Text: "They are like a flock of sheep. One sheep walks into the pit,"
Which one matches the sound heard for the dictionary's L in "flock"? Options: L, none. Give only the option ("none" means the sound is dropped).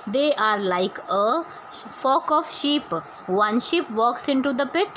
none